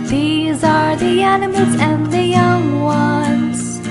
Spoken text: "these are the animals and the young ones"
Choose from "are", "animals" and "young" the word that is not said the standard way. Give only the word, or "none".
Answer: none